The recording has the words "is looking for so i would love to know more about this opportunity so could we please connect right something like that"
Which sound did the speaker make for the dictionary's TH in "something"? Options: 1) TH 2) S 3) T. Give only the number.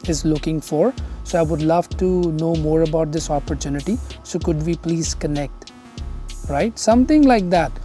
3